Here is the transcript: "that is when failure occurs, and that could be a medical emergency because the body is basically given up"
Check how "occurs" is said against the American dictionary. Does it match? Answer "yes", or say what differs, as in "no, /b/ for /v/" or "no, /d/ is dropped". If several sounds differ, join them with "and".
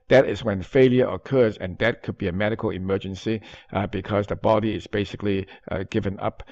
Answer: yes